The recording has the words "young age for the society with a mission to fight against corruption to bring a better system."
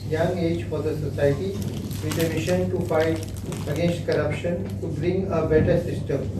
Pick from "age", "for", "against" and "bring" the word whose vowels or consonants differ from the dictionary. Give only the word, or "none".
against